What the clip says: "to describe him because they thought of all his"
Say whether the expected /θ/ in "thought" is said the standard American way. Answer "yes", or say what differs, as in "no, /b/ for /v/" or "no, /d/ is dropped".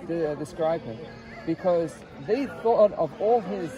yes